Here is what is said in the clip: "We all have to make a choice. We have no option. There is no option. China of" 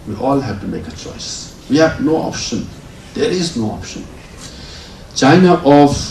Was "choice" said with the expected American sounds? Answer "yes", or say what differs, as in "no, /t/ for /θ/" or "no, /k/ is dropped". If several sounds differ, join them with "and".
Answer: yes